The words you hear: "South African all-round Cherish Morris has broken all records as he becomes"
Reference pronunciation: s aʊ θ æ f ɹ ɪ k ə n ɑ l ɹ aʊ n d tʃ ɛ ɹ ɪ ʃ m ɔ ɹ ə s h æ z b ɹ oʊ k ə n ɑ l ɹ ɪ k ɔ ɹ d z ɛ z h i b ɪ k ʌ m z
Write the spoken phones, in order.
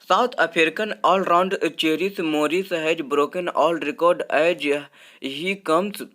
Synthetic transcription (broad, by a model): s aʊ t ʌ p ɹ k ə n ɑ l ɹ aʊ n d tʃ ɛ ɹ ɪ s m ɔ ɹ ə s h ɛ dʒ b ɹ oʊ k ə n ɑ l ɹ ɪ k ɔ ɹ d ɛ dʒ h i k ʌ m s